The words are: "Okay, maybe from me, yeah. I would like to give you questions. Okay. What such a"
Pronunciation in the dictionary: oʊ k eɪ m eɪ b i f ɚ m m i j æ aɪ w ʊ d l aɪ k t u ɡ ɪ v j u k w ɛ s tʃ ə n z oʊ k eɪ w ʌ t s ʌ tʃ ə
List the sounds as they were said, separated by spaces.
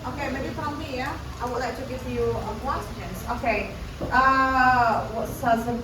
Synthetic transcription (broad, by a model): oʊ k eɪ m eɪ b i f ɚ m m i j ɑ aɪ w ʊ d l aɪ k t u ɡ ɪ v j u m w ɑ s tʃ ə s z oʊ k eɪ w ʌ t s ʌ s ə